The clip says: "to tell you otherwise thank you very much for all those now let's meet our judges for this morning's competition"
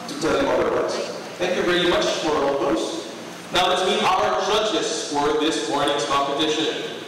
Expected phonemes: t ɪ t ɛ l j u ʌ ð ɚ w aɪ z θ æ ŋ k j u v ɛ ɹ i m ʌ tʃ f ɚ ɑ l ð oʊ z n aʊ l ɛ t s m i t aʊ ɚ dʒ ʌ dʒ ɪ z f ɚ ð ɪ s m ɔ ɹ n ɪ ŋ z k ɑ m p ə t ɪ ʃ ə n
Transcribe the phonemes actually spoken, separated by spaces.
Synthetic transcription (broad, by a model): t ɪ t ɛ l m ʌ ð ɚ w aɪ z θ æ ŋ k j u v ɛ ɹ i m ʌ tʃ f ɚ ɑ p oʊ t n aʊ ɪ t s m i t aʊ ɚ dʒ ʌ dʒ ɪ s f ɚ ð ɪ s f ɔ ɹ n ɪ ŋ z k ɑ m p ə t ɪ ʃ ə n